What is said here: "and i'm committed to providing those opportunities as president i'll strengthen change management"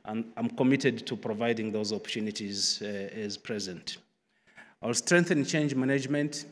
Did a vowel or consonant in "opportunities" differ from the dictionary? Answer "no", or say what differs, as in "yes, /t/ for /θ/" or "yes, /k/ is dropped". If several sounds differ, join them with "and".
no